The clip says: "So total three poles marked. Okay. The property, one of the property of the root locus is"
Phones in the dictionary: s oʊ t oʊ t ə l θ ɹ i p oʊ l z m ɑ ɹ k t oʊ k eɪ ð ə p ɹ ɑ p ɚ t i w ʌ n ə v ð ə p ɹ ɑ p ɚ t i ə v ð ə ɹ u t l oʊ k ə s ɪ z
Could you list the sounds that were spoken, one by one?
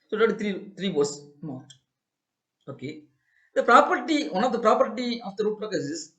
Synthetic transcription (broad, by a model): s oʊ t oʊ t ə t ɹ i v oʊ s m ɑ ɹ t oʊ k eɪ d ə p ɹ ɑ p ɚ t i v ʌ n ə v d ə p ɹ ɑ p ɚ t i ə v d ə ɹ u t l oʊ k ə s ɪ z